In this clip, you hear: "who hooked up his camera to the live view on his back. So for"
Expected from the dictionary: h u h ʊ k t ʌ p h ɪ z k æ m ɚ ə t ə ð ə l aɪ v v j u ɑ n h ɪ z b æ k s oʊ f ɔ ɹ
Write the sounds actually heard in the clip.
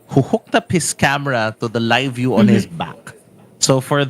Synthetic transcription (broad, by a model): h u h ʊ k t ʌ p h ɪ s k æ m ɚ ə t ə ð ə l aɪ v v j u ɑ n h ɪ s b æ k s oʊ f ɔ ɹ